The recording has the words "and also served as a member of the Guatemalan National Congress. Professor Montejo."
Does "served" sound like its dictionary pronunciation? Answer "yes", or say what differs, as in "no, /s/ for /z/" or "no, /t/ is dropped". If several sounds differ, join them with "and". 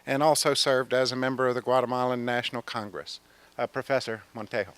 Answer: yes